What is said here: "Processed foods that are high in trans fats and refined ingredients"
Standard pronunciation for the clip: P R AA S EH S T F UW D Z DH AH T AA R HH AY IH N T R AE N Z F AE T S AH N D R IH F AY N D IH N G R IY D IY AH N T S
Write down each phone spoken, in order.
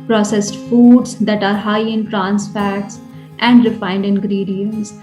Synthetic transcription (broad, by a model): P R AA S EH S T F UW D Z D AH T AA R HH AY IH N T R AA N S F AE T S AH N D R IH F AY N D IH N G R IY D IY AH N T S